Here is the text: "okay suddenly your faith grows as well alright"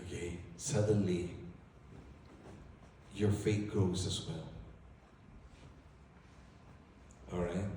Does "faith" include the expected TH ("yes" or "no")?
no